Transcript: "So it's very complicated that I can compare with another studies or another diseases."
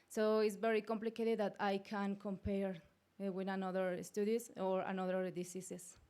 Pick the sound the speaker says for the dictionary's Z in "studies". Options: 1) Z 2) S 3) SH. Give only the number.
2